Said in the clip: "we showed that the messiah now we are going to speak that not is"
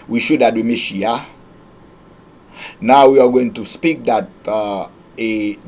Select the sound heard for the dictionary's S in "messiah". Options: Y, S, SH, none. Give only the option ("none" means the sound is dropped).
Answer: SH